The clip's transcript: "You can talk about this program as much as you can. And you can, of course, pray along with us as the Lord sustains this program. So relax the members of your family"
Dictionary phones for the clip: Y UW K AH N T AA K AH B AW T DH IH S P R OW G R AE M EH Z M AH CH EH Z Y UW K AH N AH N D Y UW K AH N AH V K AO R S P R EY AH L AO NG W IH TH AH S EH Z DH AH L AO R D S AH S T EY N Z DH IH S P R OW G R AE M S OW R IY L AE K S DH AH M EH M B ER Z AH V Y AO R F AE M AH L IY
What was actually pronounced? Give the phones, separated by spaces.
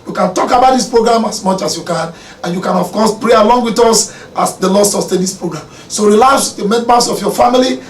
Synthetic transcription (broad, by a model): Y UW K AH N T AA K AH B AW T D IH S P R OW G R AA M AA S M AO CH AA S Y UW K AH N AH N Y UW K AH N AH F K AO S P R EY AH L AO NG W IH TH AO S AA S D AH L AO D S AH S T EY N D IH S P R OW G R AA M S OW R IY L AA S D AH M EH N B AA S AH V Y AO F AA M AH L IY